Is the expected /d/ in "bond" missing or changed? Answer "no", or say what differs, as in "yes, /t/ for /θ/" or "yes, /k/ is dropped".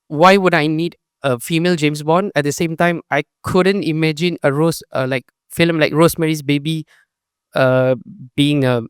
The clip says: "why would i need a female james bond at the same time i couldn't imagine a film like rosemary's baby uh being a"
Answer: yes, /d/ is dropped